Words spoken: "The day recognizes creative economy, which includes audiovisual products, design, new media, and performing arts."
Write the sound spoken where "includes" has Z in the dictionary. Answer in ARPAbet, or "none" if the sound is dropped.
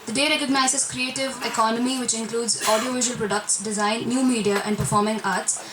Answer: Z